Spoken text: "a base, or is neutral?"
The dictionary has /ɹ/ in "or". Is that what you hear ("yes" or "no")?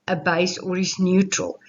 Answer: yes